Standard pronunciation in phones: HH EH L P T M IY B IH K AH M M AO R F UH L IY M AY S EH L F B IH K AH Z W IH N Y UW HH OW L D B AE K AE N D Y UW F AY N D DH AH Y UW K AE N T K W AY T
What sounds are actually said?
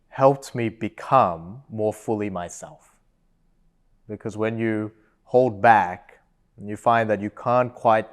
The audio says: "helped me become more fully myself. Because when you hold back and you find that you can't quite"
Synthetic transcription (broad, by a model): HH EH L P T M IY B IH K AH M M AO R F UH L IY M AY S EH L F B IH K AH Z W IH N Y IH HH OW L D B AE K N Y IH F AY N DH AH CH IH K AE N K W AY T